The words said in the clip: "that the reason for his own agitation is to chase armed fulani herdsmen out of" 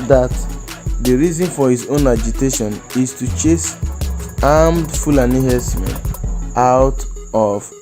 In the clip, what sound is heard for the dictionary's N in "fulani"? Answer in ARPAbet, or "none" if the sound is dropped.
N